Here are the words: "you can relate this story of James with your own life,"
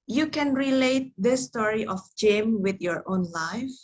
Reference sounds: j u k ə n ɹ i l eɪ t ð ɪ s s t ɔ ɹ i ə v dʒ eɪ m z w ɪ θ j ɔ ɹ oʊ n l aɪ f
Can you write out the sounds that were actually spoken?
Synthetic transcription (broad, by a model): j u k ə n ɹ i l eɪ t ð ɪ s s t ɔ ɹ i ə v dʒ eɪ m w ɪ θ j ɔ ɹ oʊ n l aɪ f